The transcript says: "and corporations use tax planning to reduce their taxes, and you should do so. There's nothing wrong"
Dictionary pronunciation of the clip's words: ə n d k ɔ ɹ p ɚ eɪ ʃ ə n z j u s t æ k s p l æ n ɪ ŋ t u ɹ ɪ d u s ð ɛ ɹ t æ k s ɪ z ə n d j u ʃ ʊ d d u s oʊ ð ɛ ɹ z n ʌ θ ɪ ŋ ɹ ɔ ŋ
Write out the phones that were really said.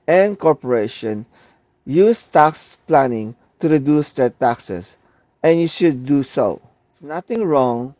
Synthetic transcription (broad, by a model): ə n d k ɔ ɹ p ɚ eɪ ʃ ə n j u s t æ k s p l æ n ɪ ŋ t u ɹ ɪ d u s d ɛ ɹ t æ k s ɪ s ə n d j u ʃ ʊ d d u s oʊ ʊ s n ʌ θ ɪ ŋ ɹ ɔ ŋ